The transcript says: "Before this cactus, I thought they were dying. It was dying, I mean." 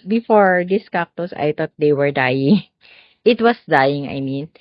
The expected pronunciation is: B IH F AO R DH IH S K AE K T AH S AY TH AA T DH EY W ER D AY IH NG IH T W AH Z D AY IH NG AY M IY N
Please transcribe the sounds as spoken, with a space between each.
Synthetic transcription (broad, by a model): B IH F AO R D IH S K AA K T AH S AY T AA T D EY W ER D AY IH NG IH T W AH S D AY IH NG AY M IY N